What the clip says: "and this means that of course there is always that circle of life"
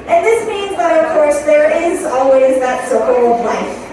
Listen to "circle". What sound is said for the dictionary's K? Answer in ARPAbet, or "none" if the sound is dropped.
none